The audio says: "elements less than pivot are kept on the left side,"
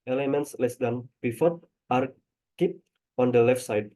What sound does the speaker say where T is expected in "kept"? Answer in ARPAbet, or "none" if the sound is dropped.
none